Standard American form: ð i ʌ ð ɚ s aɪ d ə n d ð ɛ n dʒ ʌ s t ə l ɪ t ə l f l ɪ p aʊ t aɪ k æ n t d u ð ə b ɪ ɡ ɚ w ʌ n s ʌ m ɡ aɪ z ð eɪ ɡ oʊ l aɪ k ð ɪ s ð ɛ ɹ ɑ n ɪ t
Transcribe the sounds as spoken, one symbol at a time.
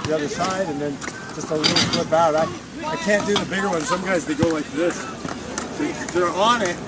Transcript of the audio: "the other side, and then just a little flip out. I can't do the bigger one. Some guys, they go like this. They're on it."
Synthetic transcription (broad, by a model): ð i ʌ ð ɚ s aɪ d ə n ð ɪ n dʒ ʌ s t ə l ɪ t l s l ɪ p aʊ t aɪ k æ n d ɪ ð ə b ɪ ɡ ɚ w ʌ n s ʌ m ɡ aɪ z ð eɪ ɡ oʊ l aɪ k ð ɪ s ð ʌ ɹ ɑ n ɪ t